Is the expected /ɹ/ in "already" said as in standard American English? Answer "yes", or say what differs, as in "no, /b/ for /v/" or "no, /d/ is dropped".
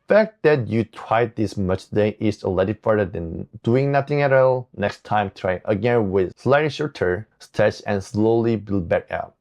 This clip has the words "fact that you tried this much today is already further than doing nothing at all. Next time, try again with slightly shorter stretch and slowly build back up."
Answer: no, /ɹ/ is dropped